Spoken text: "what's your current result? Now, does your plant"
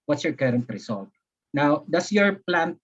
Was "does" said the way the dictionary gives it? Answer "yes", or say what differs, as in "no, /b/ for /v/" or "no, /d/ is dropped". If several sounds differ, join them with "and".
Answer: no, /s/ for /z/